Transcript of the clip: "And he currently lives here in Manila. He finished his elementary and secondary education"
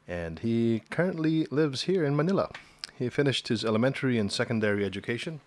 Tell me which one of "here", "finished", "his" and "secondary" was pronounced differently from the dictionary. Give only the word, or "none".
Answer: none